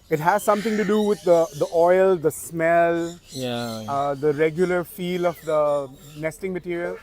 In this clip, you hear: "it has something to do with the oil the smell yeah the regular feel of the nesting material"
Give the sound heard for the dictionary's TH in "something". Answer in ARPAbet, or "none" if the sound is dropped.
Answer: T